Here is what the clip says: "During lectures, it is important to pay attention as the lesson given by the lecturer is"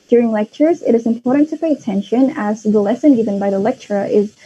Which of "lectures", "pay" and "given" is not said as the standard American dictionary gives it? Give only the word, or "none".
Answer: none